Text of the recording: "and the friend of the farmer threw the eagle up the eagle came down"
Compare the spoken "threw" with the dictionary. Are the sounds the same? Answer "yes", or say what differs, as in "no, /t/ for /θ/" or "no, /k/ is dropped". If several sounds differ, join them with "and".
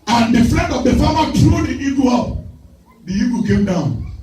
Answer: no, /t/ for /θ/